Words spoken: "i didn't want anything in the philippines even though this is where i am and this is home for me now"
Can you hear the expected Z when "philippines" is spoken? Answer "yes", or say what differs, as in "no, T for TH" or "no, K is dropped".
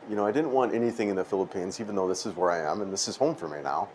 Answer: yes